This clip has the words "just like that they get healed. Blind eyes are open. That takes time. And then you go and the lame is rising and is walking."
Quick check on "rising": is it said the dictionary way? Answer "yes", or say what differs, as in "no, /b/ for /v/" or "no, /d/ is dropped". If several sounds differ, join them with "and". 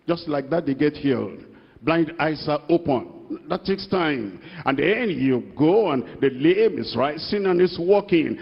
no, /s/ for /z/